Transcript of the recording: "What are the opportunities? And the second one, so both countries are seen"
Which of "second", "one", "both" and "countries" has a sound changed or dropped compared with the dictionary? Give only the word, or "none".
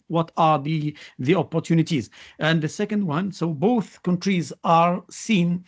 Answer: none